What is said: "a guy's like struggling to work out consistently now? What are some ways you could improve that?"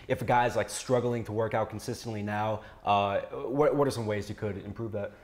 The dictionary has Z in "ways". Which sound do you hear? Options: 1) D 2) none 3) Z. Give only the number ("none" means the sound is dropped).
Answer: 3